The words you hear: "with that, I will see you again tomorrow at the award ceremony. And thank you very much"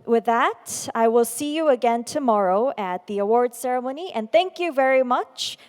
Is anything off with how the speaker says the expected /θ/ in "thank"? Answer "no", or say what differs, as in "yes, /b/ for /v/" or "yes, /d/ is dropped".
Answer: no